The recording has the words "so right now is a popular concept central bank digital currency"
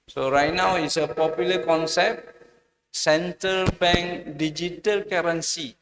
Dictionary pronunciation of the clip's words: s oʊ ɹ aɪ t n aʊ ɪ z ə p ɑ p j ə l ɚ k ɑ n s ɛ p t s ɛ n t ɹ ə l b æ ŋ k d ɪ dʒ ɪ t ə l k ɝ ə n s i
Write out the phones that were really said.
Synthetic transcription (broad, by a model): s oʊ ɹ aɪ t n aʊ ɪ s ə p ɑ p j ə l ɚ k ɑ n s ɛ p t s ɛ n t ə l b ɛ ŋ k d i dʒ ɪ t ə l k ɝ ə n s i